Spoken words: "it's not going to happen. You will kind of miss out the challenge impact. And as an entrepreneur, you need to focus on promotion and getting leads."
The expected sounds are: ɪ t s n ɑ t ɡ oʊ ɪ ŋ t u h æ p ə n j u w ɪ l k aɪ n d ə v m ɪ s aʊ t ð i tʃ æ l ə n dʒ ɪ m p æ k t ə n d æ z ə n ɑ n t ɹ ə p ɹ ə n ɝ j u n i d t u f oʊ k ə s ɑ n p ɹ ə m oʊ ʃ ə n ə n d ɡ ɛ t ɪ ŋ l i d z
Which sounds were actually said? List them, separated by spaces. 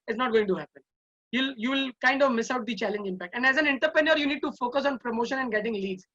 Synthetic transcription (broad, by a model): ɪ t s n ɑ t ɡ oʊ ɪ ŋ t u h æ p ə n j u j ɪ l k aɪ n d ə v m ɪ s aʊ t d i tʃ æ l ə n dʒ ɪ m p æ k t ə n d æ z ə n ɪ n t ə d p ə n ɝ j u n i d t u f oʊ k ə s ɑ n p ɹ ə m oʊ ʃ ə n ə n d ɡ ɛ t ɪ ŋ l i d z